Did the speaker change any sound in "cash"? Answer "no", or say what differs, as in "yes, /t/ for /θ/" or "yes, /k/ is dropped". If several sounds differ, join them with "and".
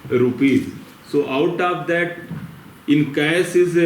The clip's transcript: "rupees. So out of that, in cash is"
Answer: yes, /s/ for /ʃ/